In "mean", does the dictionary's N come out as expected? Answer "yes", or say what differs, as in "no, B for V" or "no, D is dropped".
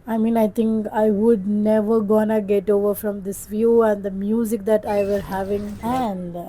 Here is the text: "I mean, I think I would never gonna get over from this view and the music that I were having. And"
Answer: yes